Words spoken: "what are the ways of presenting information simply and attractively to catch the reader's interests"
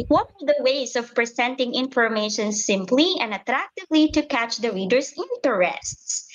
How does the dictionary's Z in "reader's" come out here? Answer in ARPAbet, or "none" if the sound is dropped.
S